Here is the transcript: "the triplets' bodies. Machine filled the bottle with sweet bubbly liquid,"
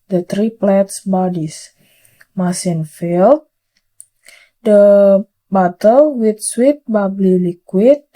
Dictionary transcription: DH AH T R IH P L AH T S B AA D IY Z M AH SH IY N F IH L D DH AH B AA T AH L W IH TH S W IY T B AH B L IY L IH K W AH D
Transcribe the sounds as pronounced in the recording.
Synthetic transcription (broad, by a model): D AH T R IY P L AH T S B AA D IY S M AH S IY N F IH L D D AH B AA T AH L W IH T S W IY T B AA B L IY L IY K W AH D